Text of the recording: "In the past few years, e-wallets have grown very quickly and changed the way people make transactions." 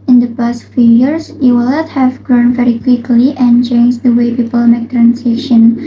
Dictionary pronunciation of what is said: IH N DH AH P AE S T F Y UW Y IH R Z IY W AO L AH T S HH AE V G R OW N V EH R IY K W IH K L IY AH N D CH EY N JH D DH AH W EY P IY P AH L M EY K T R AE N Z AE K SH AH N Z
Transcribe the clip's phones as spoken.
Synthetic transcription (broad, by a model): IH N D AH P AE S T F Y UW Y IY R S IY W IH L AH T HH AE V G R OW N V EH R IY K W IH K L IY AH N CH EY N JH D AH W EY P IY P AH L M EY K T R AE N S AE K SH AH N